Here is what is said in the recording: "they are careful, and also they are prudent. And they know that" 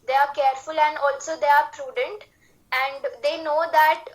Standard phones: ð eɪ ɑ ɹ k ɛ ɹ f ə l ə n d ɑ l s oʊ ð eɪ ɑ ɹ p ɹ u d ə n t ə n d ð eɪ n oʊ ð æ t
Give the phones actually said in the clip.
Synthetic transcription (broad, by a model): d eɪ ɑ ɹ k ɛ ɹ f ə l ə n d ɑ l s oʊ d eɪ ɑ ɹ p ɹ u d ə n t ə n d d eɪ n oʊ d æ t